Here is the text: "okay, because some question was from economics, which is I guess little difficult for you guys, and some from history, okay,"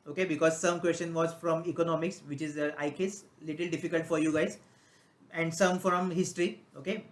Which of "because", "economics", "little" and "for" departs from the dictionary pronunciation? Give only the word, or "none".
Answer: none